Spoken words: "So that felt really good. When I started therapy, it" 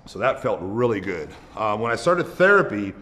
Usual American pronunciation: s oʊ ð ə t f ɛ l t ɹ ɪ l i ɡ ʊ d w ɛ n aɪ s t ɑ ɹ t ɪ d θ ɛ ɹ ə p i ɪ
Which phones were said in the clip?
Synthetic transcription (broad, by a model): s oʊ ð ə t f ɛ l t ɹ ɪ l i ɡ ʊ d w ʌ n aɪ s t ɑ ɹ t ɪ d θ ɛ ɹ ə p i